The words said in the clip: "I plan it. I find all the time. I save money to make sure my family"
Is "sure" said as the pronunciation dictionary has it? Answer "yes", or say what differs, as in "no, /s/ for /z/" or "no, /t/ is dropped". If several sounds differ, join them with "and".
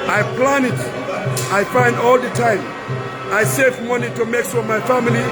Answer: no, /s/ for /ʃ/